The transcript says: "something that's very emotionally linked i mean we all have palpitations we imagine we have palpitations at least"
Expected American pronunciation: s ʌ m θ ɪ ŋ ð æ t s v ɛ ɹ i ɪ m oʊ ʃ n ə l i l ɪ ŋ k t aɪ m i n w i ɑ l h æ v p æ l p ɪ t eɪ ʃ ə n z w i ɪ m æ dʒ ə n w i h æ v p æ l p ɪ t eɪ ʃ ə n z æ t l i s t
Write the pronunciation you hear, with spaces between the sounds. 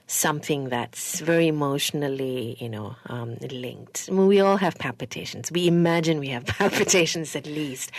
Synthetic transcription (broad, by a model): s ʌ m θ ɪ ŋ ð æ t s v ɛ ɹ i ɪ m oʊ ʃ n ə n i l ɪ ŋ k t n w i ɑ l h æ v p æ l p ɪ t eɪ ʃ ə n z w i ɪ m æ dʒ ə n w i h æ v p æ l p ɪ t eɪ ʃ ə n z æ t l i s t